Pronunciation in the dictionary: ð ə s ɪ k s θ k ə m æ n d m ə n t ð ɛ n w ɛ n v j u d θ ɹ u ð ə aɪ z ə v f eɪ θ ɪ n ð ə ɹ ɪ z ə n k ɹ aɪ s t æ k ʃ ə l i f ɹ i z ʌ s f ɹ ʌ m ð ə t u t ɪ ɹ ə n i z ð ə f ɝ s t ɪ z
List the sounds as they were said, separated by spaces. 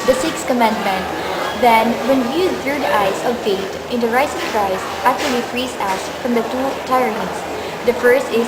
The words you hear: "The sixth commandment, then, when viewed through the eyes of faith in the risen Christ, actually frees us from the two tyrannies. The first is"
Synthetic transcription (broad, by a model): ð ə s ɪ k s k ə m æ n d m ə n t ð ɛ n w ɛ n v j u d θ ɹ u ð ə aɪ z ə v f eɪ t ɪ n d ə ɹ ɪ s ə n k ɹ aɪ s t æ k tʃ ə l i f ɹ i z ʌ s f ɹ ʌ m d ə t u t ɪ ɹ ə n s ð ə f ɝ s t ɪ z